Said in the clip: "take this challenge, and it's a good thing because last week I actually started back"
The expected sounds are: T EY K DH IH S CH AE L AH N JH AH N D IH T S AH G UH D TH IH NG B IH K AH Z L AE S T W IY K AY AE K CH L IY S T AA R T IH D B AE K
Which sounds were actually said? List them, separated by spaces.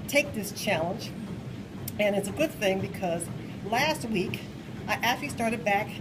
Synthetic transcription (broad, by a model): T EY K DH IH S CH AE L AH N JH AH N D IH T S AH G UH D TH IH NG B IH K AH Z L AE S T W IY K AY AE CH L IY S T AA R T IH D B AE K